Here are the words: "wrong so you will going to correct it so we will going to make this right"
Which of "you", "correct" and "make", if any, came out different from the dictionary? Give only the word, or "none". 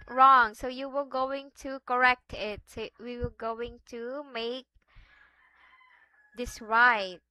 none